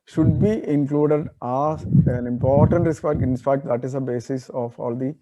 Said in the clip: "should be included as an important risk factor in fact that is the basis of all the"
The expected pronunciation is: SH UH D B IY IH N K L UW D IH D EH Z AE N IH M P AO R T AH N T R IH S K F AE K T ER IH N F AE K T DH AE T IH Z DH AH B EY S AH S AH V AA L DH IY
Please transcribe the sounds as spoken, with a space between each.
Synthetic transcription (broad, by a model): SH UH D B IY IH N K L UW D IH D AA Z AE N IH M P AO R T AH N T R IH S K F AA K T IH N P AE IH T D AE T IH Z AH B EY S AH S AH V AA L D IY